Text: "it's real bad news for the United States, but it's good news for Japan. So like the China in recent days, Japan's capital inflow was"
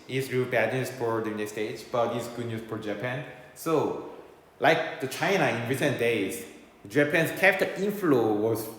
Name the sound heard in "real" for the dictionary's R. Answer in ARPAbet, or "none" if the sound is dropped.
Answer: R